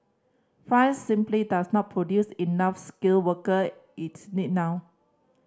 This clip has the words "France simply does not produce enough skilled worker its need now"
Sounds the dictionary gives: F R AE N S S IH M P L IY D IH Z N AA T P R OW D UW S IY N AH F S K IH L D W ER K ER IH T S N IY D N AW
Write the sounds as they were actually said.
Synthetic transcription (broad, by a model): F AA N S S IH M P L IY D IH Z N AA T P R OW D UW S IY N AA F S K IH L W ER K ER IH T S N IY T N AW